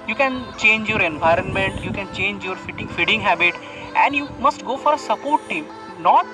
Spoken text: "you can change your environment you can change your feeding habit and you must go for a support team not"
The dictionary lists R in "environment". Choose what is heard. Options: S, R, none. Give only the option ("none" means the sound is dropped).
R